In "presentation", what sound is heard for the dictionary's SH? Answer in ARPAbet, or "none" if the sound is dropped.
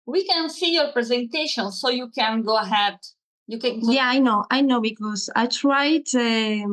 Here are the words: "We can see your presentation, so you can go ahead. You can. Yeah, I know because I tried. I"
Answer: SH